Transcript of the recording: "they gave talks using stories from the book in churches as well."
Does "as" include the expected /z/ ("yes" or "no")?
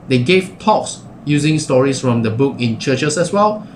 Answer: no